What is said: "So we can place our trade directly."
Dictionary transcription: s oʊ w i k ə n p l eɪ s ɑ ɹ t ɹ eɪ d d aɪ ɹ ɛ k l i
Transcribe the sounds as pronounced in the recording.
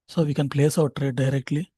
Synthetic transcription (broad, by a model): s oʊ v i k ə n p l eɪ s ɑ w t ɹ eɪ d d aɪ ɹ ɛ k l i